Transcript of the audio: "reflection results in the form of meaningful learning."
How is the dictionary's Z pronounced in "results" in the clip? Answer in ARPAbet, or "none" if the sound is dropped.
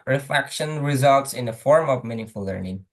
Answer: Z